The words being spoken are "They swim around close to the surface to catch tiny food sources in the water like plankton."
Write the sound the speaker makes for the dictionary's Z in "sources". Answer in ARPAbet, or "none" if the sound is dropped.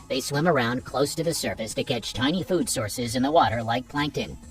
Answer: Z